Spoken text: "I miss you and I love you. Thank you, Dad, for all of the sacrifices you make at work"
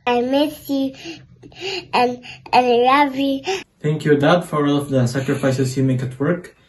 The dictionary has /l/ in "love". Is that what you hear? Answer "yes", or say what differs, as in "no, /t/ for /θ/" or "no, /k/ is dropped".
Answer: no, /n/ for /l/